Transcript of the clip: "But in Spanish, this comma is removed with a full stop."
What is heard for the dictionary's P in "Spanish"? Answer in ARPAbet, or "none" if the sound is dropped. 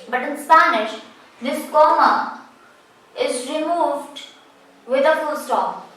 P